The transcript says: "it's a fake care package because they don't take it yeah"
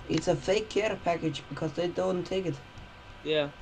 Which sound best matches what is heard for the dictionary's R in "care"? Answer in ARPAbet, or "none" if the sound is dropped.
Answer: R